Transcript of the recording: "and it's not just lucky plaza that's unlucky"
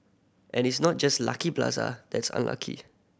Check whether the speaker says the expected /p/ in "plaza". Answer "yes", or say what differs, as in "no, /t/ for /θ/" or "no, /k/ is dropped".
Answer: no, /b/ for /p/